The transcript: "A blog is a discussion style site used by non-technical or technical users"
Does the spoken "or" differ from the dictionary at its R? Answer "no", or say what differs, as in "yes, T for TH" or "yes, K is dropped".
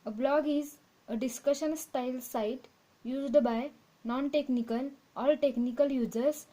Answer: yes, L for R